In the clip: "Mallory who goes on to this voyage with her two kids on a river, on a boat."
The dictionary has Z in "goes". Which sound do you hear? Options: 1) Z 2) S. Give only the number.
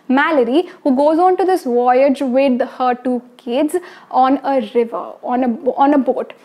1